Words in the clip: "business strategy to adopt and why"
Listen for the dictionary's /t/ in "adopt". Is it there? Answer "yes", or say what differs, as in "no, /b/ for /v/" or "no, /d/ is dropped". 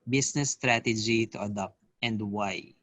yes